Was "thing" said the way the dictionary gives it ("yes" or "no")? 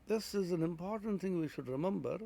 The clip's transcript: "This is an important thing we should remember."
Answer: yes